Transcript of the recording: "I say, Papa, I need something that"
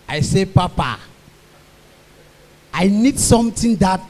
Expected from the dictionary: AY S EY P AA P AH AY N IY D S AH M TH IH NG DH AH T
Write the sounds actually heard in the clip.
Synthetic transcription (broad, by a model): AY S EY P AA P AH AY N IY D S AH M T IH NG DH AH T